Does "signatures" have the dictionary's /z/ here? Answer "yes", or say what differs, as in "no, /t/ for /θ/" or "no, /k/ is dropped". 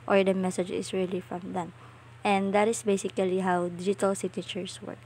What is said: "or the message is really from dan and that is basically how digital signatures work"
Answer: no, /s/ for /z/